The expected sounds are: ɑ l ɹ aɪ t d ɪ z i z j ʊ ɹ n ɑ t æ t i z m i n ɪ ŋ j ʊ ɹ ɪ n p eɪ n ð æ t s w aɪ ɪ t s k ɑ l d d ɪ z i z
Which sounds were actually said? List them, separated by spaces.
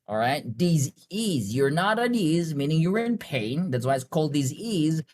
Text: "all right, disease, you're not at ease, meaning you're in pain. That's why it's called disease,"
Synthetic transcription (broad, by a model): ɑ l ɹ aɪ t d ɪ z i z j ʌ ɹ n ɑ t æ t i z m i n ɪ ŋ j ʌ ɹ ɪ n p eɪ n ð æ t s w aɪ ɪ t s k ɑ l d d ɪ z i z